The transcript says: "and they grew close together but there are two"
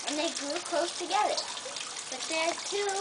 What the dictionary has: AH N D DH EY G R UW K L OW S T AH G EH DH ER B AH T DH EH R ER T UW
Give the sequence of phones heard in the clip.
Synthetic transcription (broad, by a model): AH N DH EY G R UW K L OW S T AH G EH DH ER B AH T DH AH R T UW